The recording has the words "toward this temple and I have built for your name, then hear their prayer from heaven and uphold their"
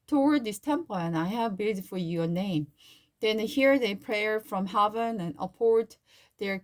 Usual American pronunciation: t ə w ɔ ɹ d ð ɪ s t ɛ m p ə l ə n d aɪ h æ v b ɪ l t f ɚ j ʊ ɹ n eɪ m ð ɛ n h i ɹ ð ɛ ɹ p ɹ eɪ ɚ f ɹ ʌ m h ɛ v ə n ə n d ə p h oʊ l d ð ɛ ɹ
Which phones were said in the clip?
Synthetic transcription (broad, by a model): t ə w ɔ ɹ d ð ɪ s t ɛ m p ə l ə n aɪ h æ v b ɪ t f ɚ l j n eɪ m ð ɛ n h i ɹ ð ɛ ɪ p ɹ eɪ ɚ f ɹ ʌ m h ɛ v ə n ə n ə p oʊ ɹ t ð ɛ ɹ